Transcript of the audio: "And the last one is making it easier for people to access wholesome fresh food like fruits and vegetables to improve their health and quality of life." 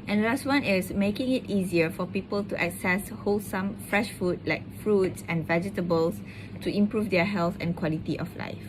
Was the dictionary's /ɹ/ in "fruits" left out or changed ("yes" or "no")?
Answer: no